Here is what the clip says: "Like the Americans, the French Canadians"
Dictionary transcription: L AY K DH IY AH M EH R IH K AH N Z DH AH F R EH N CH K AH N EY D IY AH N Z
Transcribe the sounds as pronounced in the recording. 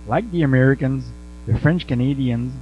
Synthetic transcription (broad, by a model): L AY K DH IY AH M EH R IH K AH N Z DH AH F R EH N CH K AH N EY D IY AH N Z